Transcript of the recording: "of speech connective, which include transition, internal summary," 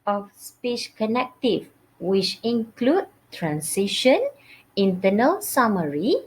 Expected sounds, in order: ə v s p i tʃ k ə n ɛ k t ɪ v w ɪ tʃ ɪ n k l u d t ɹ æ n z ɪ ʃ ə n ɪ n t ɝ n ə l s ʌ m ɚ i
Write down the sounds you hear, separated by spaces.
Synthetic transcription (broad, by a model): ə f s p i ʃ k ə n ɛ k t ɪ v w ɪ tʃ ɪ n k l u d t ɹ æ n s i ʃ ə n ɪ n t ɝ n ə l s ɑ m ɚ i